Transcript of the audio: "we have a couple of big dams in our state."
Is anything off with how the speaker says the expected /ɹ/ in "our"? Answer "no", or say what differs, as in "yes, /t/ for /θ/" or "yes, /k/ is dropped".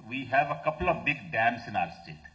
no